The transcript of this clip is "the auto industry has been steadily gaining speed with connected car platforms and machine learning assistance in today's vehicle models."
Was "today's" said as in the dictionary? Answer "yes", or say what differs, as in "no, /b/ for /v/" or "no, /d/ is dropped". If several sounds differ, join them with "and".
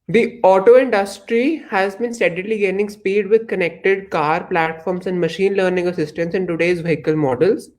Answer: yes